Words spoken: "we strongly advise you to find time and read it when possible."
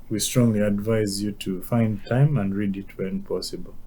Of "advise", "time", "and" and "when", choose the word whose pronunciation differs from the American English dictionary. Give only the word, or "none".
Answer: none